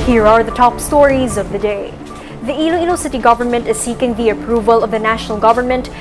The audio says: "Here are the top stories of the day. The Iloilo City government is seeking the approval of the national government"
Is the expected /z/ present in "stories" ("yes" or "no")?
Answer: yes